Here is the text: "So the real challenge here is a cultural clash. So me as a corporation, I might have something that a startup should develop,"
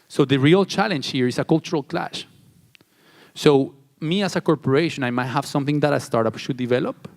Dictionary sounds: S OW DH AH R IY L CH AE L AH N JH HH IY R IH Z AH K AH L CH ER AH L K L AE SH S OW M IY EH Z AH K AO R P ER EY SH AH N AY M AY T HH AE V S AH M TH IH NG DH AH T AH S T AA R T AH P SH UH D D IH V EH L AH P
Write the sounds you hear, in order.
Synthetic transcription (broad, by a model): S OW DH AH R IY L CH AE L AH N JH HH IY R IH S AH K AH L CH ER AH L K L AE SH S OW M IY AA S AH K AO R P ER EY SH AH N AY M AY T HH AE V S AH M TH IH NG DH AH T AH S T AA R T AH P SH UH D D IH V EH L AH P